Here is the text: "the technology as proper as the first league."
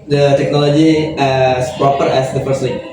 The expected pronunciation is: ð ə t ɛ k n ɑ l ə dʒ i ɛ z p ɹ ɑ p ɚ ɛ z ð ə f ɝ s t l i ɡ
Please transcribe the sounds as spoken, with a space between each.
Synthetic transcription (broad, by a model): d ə t ɛ k n ɑ l ə dʒ i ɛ s p ɹ ɑ p ɚ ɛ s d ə p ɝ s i